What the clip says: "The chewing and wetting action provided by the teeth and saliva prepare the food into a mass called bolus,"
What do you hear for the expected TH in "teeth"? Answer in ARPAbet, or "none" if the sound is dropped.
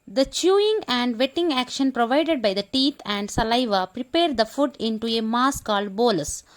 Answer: T